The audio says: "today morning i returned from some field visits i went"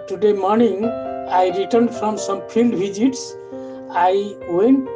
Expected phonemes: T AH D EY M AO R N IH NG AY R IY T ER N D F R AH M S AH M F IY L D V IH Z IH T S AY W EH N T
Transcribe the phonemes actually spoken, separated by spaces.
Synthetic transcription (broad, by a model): T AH D EY M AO R N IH NG AY R IY T ER N D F R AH M S AH M P IY L D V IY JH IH T S AY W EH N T